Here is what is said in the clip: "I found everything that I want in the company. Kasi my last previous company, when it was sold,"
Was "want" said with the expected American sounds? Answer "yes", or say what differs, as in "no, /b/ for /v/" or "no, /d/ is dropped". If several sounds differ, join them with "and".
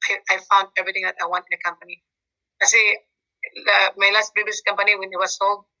yes